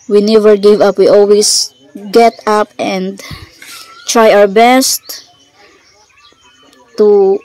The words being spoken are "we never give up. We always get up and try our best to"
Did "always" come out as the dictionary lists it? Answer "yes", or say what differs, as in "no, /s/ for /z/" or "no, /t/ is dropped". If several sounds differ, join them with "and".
no, /s/ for /z/